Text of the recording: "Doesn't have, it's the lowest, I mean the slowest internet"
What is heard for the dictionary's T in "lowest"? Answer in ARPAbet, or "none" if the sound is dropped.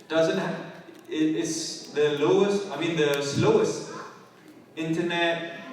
T